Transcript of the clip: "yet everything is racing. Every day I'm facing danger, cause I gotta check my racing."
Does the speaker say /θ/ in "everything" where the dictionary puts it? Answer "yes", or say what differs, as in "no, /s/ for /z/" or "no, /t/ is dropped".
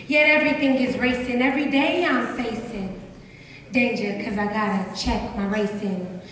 yes